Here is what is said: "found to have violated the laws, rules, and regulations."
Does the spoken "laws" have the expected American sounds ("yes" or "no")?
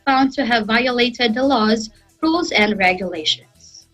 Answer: yes